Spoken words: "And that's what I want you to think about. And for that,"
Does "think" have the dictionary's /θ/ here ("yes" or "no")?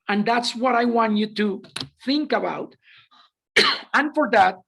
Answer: yes